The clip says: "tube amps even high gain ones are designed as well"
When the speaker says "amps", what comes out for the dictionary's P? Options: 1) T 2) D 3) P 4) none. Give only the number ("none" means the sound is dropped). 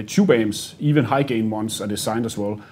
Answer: 4